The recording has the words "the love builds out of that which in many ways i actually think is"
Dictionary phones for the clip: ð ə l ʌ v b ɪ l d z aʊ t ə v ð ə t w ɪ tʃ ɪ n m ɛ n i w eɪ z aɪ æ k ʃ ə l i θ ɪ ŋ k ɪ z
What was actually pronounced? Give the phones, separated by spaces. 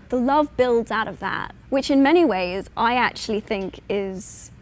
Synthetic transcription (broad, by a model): ð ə l ʌ v b ɪ l d z aʊ t ə v ð ə t w ɪ tʃ ɪ n m ɛ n i w eɪ z aɪ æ k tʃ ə l i θ ɪ ŋ k ɪ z